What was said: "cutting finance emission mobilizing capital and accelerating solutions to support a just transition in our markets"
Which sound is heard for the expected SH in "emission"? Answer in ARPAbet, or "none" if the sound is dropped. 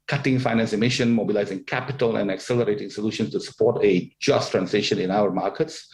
SH